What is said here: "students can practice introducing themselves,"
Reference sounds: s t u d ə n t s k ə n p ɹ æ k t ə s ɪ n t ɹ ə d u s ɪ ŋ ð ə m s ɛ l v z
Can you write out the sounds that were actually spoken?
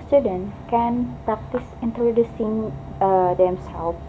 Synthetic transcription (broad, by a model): s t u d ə n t k ə n p ɹ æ k t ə s ɪ n t ɹ ə d u s ɪ ŋ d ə m s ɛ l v